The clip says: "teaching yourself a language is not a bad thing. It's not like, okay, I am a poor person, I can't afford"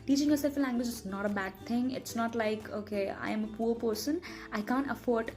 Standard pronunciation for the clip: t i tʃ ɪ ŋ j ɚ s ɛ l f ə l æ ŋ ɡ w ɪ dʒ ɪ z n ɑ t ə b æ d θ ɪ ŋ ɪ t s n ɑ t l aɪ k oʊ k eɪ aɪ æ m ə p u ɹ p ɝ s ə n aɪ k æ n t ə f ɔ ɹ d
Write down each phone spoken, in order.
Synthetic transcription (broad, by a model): t i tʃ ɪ ŋ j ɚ s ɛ l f ə l æ ŋ ɡ w ɪ dʒ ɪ s n ɑ t ə b æ d t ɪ ŋ ɪ t s n ɑ t l aɪ k oʊ k eɪ aɪ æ m ə p u ɹ p ɝ s ə n aɪ k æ n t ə f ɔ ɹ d